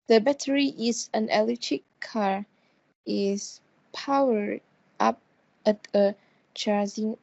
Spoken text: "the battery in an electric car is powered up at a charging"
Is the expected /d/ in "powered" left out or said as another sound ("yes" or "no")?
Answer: yes